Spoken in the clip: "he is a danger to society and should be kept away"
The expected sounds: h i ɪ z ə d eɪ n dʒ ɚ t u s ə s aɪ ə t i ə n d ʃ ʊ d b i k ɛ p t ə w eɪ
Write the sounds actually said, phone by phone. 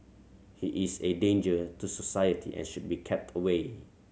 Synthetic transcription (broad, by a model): h i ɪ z ə d eɪ n dʒ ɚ t u s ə s aɪ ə t i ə n ʃ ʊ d b i k ɛ p t ə w eɪ